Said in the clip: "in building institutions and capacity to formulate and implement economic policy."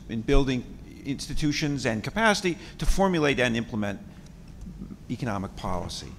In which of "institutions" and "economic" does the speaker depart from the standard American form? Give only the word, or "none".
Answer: none